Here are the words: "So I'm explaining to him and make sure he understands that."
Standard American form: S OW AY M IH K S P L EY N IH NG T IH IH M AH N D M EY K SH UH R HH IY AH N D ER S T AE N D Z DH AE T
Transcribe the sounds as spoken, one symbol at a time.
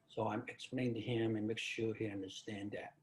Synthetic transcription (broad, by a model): S OW AY M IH K S P L EY IH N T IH IH M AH N M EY K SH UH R HH IY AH N D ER S T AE N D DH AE T